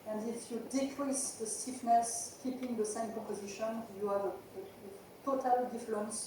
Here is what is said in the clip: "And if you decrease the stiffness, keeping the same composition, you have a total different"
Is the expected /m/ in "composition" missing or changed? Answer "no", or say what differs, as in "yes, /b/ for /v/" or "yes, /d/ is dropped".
yes, /m/ is dropped